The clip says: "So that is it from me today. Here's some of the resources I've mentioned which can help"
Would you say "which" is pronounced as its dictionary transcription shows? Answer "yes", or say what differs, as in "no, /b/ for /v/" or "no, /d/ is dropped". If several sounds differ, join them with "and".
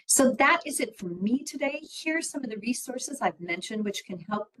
yes